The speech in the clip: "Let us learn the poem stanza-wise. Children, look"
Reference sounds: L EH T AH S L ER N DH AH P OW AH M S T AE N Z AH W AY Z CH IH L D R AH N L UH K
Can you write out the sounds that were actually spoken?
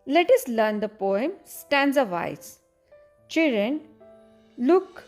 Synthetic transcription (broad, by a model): L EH T AH S L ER N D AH P OW AH M S T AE N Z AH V AY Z CH IH L D R AH N L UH K